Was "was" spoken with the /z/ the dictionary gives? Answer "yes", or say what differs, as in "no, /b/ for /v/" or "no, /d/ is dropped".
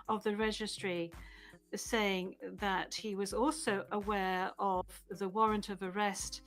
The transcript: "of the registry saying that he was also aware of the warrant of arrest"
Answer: yes